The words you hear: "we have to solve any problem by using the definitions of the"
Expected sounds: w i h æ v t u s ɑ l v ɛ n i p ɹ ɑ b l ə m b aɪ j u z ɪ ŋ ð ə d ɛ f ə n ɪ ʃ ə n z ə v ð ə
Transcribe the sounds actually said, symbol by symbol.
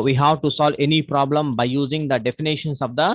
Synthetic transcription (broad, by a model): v i h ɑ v t u s ɑ l v ɛ n i p ɹ ɑ b l ə m b aɪ j u z ɪ ŋ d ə d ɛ f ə n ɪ ʃ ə n s ə v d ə